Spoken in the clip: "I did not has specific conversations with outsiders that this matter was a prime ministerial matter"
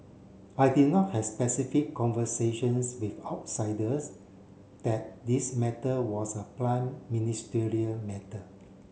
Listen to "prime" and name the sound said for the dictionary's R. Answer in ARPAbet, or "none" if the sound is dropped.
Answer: L